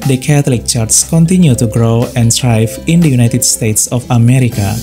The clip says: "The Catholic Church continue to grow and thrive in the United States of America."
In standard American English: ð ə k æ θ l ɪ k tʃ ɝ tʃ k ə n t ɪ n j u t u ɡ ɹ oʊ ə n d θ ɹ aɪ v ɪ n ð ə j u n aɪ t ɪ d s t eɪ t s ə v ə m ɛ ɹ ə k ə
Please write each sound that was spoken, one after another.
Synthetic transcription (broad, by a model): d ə k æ t l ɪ k tʃ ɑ s k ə n t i n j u t u ɡ ɹ oʊ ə n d ɹ aɪ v ɪ n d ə j u n aɪ t ɪ d s t eɪ t s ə f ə m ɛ ɹ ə k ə